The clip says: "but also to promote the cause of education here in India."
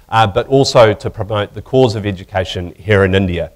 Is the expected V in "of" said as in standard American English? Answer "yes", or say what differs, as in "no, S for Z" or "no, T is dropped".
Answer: yes